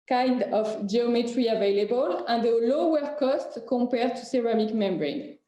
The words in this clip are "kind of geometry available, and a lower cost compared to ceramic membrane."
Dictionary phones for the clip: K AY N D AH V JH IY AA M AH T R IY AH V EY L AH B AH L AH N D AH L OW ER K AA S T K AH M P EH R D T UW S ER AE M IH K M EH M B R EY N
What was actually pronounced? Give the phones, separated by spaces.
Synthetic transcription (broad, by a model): K AY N D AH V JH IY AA M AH T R IY AH V EY L AH B AH L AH N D AH L OW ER K AA S T K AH P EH R T UW S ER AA M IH K M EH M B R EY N